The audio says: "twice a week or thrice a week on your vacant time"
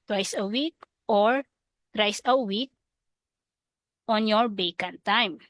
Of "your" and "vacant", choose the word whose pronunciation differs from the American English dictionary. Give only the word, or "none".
vacant